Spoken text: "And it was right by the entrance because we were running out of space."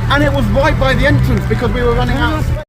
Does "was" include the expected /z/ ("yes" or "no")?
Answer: yes